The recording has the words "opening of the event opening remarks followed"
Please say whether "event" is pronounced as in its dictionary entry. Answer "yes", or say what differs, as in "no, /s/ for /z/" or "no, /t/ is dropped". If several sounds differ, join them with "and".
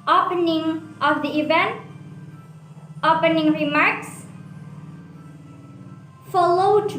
yes